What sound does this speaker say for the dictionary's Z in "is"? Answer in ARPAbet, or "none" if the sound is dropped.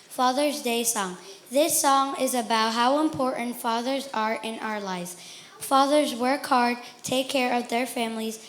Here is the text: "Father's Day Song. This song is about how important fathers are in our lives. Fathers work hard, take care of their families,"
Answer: Z